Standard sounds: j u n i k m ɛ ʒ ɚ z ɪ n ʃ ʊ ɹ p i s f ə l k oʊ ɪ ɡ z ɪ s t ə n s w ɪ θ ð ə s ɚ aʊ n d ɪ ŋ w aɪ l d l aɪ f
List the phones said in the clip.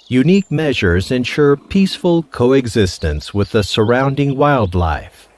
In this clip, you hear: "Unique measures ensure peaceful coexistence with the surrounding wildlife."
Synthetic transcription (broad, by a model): j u n i k m ɛ ʒ ɚ z ɪ n ʃ ʊ ɹ p i s f ə l k oʊ ɪ ɡ z ɪ s t ə n s w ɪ ð ə s ɚ aʊ n d ɪ ŋ w aɪ l d l aɪ f